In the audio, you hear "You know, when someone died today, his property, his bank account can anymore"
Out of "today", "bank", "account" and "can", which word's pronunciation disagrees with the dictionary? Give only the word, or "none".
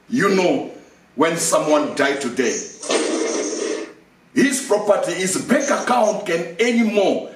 bank